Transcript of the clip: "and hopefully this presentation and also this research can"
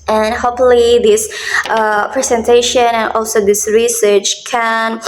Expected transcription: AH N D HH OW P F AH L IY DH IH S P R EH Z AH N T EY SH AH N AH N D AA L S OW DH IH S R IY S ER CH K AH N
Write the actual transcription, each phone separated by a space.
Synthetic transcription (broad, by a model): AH N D HH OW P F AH L IY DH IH S P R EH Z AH N T EY SH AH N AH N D AA L S OW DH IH S R IY S ER CH K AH N